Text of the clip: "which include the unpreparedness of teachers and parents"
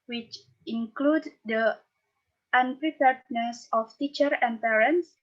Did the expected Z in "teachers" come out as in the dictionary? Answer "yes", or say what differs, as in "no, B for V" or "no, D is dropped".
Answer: no, Z is dropped